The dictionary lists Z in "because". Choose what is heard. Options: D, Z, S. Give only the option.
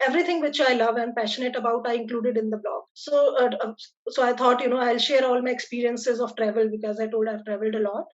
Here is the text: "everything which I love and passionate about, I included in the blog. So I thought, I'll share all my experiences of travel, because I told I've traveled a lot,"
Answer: Z